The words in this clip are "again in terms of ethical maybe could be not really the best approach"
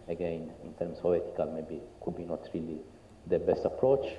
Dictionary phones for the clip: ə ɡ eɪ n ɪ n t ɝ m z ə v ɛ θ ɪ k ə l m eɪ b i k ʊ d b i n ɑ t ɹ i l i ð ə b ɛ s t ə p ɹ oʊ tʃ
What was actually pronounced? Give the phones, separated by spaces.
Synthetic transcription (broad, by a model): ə ɡ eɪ n ɪ n t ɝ m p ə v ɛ t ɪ k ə l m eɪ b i k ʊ b i n ɑ t ɹ i l i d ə b ɛ s t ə p ɹ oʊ tʃ